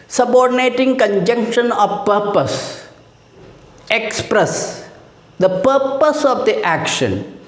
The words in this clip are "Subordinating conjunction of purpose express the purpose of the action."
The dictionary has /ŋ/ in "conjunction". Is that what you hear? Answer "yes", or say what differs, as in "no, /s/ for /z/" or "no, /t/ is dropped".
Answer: yes